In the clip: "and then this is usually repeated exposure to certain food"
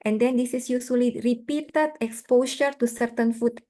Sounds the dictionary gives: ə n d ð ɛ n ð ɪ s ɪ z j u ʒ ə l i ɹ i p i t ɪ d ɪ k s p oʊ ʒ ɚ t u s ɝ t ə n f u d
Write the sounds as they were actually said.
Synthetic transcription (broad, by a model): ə n d ɛ n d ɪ s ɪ s j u s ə l i ɹ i p i t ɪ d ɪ k s p oʊ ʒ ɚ t u s ɝ t ə n f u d